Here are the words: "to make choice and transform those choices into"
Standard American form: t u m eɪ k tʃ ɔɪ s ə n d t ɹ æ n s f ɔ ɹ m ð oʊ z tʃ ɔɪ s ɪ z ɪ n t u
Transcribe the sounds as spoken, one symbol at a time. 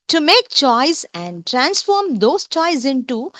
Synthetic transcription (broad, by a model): t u m eɪ k tʃ ɔɪ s ə n d t ɹ æ n s f ɔ ɹ m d oʊ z tʃ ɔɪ ɪ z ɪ n t u